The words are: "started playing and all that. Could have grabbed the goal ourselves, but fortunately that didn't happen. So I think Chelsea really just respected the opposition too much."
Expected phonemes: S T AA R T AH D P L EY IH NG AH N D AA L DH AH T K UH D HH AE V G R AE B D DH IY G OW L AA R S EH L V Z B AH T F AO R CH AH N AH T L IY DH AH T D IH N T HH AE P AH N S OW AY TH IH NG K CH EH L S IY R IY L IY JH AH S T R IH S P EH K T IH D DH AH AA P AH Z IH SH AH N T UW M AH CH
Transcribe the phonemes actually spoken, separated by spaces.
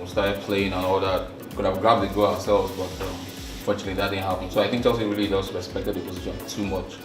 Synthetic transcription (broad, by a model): S T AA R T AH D P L EY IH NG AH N AA L DH AH T K UH D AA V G R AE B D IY G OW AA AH S EH L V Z B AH T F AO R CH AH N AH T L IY DH AH T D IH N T HH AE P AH N S OW AY TH IH NG K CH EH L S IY R IY L IY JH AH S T R IH S P EH K T IH D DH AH P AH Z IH SH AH N T UW M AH CH